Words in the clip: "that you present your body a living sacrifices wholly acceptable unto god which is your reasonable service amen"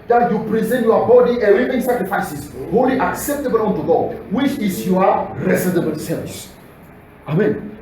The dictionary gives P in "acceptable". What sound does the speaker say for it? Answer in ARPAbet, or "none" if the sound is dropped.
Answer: P